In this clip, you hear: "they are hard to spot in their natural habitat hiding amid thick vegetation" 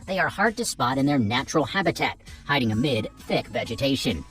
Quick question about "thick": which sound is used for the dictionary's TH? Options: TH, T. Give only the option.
TH